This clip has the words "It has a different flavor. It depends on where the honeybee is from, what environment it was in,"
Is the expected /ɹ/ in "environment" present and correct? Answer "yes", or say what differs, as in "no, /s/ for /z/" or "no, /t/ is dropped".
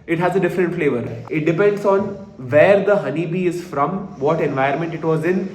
no, /ɹ/ is dropped